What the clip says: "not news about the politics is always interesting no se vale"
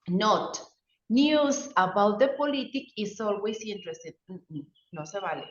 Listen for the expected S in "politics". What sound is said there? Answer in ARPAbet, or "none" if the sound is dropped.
none